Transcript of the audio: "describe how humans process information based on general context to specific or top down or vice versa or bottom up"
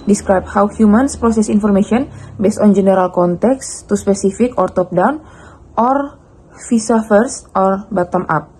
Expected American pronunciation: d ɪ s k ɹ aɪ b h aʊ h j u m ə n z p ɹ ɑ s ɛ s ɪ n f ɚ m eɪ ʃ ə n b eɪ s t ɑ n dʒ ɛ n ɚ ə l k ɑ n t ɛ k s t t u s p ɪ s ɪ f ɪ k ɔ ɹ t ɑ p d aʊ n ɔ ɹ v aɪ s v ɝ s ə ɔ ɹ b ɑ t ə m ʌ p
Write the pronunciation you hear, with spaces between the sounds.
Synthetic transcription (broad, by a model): d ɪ s k ɹ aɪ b h aʊ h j u m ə n s p ɹ ɑ s ɛ s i n f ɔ m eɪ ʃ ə n b eɪ s t ɑ n dʒ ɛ n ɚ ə l k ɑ n t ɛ k s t t u s p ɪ s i f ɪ k ɔ ɹ t ɑ p d aʊ n ɔ ɹ f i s f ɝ s ɔ ɹ b ɑ t ə m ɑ p